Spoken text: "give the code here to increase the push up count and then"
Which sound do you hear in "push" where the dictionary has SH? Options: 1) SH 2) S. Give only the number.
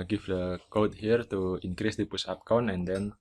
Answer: 2